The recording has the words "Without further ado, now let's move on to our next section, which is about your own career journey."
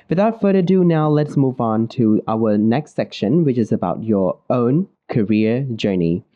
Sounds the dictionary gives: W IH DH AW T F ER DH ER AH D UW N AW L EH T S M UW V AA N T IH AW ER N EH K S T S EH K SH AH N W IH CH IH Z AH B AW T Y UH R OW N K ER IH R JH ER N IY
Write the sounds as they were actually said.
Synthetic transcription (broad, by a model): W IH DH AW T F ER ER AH D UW N AW L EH T S M UW V N T IH AW ER N EH K S T S EH K SH AH N W IH CH IH Z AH B AW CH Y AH R OW N K ER IH R JH ER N IY